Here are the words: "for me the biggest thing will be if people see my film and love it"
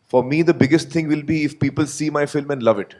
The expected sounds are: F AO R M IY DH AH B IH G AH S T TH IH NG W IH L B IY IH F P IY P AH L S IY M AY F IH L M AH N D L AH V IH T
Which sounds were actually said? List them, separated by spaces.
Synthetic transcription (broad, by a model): F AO R M IY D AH B IH G AH S T T IH NG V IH L B IY IH F P IY P AH L S IY M AY F IH L M AH N D L AH V IH T